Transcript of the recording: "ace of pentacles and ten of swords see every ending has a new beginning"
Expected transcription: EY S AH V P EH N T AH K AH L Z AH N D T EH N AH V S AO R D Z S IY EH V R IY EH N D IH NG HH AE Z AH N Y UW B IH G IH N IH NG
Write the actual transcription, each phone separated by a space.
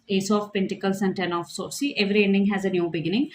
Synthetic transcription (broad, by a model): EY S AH F P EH N T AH K AH L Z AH N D T EH N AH F S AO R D S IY EH V R IY EH N D IH NG HH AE Z AH N Y UW B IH G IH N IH NG